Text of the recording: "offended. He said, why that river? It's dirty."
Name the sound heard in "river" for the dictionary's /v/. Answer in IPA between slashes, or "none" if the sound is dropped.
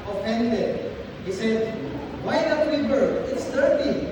/b/